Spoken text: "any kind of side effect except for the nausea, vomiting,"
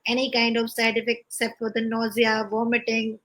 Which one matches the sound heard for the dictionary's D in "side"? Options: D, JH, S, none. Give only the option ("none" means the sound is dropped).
none